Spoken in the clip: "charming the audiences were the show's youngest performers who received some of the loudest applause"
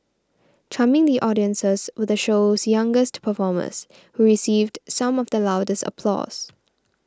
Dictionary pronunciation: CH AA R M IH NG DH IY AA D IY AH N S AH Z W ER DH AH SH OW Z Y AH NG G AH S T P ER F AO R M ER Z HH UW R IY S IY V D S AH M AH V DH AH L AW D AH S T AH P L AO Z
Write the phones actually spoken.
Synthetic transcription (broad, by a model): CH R M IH NG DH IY AA D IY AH N S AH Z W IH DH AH SH OW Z Y AH NG G AH S T P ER F AO M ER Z HH UW R IY S IY V D S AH M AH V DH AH L AW D AH S T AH P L AO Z